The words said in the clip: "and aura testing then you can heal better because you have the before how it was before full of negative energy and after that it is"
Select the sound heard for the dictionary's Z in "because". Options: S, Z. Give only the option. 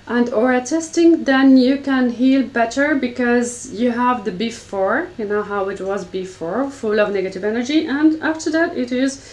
Z